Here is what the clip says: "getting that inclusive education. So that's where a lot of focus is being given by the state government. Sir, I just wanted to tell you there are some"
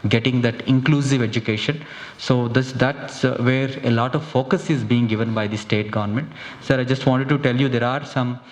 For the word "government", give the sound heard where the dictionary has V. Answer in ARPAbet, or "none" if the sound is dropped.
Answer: V